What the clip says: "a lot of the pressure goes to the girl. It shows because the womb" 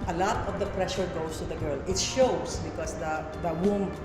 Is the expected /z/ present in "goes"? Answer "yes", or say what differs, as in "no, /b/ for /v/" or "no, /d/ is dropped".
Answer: no, /s/ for /z/